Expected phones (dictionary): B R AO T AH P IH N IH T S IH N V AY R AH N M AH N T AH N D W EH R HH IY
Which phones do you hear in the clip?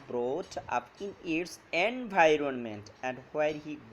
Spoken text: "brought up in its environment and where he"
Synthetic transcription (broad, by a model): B R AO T AH P IH N IH T S IH N V AY R AH N M AH N T AH N D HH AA R HH IY